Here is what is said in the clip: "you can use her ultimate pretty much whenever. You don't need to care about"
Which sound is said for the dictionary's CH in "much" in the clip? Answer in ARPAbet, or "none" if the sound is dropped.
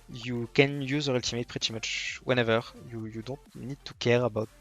CH